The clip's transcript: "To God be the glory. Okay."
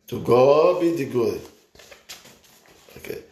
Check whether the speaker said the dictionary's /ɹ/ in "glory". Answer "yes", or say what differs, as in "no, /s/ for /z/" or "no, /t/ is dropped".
no, /ɹ/ is dropped